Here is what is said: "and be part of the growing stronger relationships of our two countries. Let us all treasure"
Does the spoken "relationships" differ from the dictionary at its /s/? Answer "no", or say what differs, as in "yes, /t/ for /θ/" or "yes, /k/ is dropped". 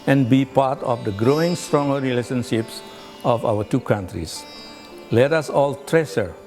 no